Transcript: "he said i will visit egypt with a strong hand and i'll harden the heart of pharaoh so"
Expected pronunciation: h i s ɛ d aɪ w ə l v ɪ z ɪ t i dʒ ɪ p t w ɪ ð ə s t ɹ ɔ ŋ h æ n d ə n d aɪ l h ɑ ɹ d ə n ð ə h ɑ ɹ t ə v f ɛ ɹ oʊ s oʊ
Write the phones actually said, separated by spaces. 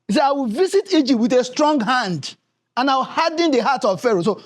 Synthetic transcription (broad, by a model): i s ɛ aɪ w ə l v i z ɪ t i dʒ ɪ p t w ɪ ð ə s t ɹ ɔ ŋ h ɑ n d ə n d aɪ w h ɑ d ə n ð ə h ɑ t ə v f ɛ ɹ oʊ s oʊ